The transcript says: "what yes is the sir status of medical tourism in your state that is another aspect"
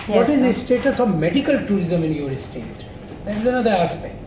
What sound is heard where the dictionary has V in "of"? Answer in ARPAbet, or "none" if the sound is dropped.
V